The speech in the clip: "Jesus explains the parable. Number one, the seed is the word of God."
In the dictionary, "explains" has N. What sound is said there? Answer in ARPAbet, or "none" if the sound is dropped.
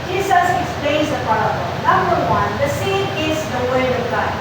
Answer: none